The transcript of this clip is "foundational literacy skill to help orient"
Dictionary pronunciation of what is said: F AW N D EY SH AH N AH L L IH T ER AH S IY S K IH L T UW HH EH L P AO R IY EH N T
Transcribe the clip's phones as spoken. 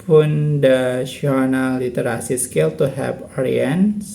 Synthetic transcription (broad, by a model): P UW N D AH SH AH N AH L L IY T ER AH S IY S K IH L T UW HH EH P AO R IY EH N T